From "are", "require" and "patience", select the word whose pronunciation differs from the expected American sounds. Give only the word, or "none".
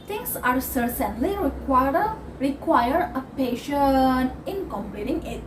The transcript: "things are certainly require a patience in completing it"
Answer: patience